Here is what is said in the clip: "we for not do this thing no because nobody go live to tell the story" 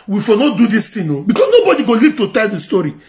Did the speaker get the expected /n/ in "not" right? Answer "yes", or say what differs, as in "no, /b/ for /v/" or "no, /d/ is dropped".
yes